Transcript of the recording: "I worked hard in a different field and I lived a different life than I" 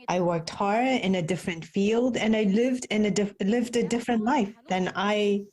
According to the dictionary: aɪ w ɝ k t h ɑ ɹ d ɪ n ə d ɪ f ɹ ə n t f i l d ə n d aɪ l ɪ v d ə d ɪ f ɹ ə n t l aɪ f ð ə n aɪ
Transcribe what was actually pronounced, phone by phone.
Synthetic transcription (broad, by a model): aɪ w ɝ k t h ɑ ɹ d ɪ n ə d ɪ f ɹ ə n t f i l d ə n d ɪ l ɪ v d ə d ɪ f ɹ ə n t l aɪ f ð ə n aɪ